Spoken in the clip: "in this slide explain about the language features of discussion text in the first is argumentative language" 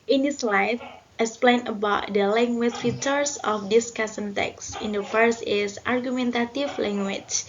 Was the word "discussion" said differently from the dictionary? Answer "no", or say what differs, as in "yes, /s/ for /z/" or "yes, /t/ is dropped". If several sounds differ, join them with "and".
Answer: yes, /s/ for /ʃ/